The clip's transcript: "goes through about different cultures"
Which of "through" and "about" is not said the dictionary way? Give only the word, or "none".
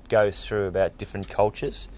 none